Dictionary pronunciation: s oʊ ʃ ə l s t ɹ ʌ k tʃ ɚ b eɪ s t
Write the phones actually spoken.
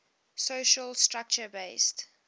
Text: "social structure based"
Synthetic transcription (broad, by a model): s oʊ ʃ ə l s t ɹ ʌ k tʃ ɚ b eɪ s t